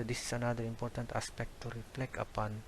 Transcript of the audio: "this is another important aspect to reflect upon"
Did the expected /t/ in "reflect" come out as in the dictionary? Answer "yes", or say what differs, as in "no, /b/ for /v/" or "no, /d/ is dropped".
no, /t/ is dropped